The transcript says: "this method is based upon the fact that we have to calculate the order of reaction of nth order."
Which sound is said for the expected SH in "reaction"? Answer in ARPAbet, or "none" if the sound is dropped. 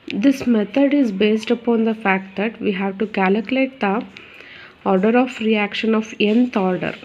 SH